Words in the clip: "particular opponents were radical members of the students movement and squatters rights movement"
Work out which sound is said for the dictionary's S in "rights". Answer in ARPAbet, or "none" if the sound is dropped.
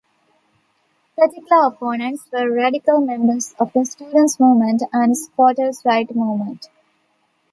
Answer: none